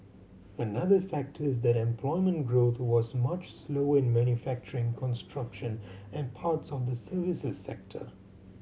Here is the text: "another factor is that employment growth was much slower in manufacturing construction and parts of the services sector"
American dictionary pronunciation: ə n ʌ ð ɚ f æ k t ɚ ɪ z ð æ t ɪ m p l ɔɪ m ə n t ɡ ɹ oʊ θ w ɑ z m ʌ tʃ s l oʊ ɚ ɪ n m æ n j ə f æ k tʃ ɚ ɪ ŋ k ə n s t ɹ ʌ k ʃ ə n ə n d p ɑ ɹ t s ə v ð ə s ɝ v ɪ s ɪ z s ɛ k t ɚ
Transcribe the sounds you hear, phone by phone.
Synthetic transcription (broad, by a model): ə n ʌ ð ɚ f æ k t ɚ ɪ z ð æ t ɪ m p l ɔɪ m ə n t ɡ ɹ oʊ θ w ɑ z m ʌ tʃ s l oʊ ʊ ɪ n m æ n j ə f æ k tʃ ɚ ɪ ŋ k ə n s t ɹ ʌ k ʃ ə n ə n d p ɑ ɹ t s ə v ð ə s ɝ v ɪ s ɪ z s ɛ k t ɚ